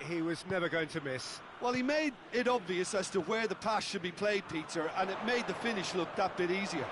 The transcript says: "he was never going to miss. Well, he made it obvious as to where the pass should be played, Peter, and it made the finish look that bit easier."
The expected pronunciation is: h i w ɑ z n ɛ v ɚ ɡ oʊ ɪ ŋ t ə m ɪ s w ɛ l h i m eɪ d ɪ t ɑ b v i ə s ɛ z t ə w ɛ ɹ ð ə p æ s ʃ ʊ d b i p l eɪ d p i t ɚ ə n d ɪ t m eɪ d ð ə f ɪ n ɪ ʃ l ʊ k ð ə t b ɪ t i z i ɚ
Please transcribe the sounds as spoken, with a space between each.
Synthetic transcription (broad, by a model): h i w ɑ z n ɛ v ɚ ɡ oʊ ɪ ŋ t ə m ɪ s w ɛ l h i m eɪ d ɪ t ɑ b v i ə s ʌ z t ə w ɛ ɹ ð ə p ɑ s ʃ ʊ d b i p l eɪ d p i t ɚ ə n ɪ t m eɪ d ð ə f ɪ n ɪ ʃ l ʊ k ð ə t b ɪ t i z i ɚ